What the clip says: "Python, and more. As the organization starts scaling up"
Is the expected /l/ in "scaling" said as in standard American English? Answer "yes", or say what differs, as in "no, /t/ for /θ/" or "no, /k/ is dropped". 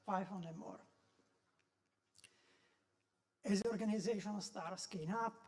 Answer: no, /n/ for /l/